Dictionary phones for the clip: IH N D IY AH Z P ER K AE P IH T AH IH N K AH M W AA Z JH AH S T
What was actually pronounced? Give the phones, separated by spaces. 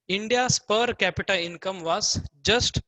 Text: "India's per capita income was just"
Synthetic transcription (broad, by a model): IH N D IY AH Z P ER K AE P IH T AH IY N K AH M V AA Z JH AH S T